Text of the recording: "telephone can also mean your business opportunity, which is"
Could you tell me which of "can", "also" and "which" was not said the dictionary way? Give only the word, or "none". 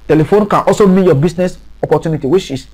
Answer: which